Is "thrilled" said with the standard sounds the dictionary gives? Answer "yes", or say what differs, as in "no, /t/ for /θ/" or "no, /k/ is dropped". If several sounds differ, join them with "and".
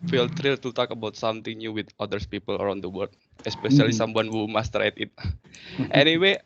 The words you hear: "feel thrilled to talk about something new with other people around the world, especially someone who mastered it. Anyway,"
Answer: no, /t/ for /θ/